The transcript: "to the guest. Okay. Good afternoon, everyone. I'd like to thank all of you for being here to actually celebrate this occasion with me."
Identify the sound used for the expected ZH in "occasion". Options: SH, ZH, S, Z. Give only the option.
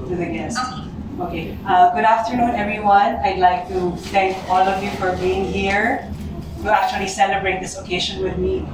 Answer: SH